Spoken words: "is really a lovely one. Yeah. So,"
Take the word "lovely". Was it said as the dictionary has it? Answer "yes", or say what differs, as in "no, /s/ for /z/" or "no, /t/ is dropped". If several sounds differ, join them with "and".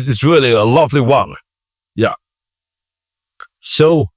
yes